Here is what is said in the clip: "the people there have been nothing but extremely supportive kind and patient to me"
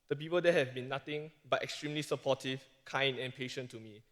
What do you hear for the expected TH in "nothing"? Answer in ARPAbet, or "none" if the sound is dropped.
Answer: T